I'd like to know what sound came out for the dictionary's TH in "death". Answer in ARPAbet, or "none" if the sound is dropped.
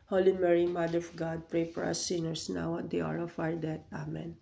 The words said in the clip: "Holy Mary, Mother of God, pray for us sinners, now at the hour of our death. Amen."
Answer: T